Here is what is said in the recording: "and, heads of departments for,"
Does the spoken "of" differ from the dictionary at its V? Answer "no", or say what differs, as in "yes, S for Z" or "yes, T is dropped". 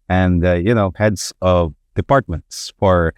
no